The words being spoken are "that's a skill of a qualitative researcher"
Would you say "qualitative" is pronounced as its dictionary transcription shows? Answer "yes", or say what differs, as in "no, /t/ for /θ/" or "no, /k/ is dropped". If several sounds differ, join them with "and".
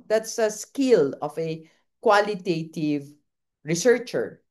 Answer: yes